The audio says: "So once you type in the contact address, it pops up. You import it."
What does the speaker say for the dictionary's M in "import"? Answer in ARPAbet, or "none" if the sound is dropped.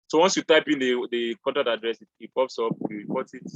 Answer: none